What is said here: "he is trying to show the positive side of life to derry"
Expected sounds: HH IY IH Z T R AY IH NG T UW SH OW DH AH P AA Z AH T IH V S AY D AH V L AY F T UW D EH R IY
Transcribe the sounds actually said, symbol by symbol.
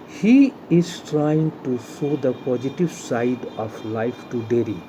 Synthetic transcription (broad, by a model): HH IY IH Z T R AY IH NG T UW S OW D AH P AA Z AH T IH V S AY D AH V L AY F T UW D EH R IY